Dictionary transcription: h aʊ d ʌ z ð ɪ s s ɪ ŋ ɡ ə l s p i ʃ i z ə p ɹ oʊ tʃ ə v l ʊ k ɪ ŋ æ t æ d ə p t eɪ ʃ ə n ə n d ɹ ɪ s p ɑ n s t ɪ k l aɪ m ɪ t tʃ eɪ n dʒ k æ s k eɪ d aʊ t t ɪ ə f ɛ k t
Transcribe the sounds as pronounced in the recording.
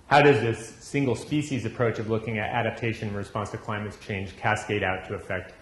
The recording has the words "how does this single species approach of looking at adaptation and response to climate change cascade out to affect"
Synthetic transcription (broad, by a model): h aʊ d ʌ z ð ɪ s s ɪ ŋ ɡ l s p i ʃ i z ə p ɹ oʊ tʃ ə v l ʊ k ɪ ŋ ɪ t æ d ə p t eɪ ə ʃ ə n ɹ ɪ s p ɑ n s t ɪ k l aɪ m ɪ t tʃ eɪ n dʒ k æ s k eɪ d aʊ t t ɪ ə f ɛ k t